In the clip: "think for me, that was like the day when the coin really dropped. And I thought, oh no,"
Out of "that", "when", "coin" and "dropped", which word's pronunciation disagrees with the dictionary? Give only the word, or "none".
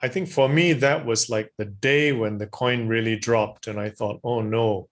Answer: none